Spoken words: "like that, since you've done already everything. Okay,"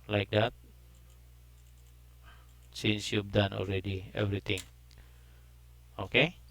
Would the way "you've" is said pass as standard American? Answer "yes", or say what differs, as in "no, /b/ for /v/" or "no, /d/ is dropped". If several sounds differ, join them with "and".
no, /b/ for /v/